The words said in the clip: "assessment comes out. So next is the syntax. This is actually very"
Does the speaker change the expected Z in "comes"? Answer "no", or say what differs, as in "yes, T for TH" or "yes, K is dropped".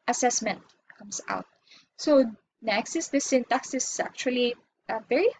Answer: yes, S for Z